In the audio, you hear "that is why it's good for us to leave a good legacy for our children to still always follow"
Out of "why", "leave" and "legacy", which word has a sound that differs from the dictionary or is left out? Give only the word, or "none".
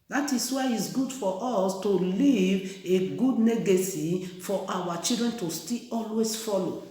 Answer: legacy